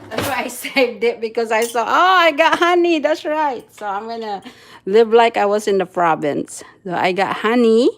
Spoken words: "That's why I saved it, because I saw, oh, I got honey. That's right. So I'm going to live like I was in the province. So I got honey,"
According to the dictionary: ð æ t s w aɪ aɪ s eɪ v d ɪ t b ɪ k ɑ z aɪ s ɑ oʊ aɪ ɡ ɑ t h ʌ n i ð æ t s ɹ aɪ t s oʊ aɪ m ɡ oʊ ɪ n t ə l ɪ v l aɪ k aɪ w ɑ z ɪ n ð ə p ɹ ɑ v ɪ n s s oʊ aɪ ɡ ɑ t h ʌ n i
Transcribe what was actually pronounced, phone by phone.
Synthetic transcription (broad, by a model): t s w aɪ aɪ s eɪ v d ɪ t b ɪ k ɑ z aɪ s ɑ oʊ aɪ ɡ ɑ t h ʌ n i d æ t s ɹ aɪ t s oʊ aɪ m ɡ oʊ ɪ n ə l ɪ v l aɪ k aɪ w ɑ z ɪ n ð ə f ɹ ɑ b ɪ n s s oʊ aɪ ɡ ɑ t h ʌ n i